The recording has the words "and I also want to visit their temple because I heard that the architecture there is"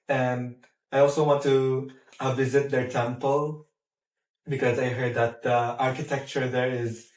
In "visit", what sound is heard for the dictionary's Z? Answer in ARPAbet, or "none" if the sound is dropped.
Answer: Z